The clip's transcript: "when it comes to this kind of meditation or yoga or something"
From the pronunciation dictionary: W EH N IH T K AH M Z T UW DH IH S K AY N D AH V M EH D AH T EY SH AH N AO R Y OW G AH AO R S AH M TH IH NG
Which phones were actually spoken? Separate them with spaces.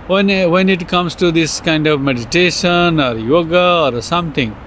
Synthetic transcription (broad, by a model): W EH N IH T K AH M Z T UW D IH S K AY N D AH V M EH D AH T EY SH AH N AO R Y OW G AH AO R S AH M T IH NG